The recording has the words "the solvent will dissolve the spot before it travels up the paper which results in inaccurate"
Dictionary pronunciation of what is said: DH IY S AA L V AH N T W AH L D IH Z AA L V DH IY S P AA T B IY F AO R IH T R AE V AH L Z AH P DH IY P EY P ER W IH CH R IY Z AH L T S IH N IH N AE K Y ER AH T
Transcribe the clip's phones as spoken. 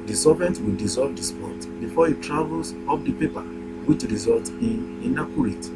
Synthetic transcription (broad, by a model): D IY S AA V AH N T W AH L D IH Z AA L V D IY S P AA T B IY F AO IH T R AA V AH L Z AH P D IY P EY P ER W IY CH R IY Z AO L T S IH N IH N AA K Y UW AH T